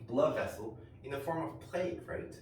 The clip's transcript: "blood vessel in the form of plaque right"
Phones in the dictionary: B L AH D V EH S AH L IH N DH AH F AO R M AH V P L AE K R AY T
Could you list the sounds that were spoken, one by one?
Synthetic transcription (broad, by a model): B L AH D V EH S AH L IH N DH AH F AO R M AH V P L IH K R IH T